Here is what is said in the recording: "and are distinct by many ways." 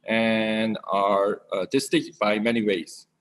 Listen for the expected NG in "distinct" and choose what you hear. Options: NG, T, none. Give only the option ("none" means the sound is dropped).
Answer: none